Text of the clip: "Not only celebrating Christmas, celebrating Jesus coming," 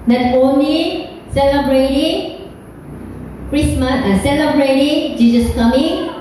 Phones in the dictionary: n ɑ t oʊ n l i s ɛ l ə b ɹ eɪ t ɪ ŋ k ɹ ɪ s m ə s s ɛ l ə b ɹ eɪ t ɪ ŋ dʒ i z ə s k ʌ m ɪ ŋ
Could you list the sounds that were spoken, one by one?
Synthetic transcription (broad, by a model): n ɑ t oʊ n i s ɛ l ə b ɹ eɪ t ɪ ŋ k ɹ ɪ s m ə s s ɛ l ə b ɹ eɪ t ɪ ŋ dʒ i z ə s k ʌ m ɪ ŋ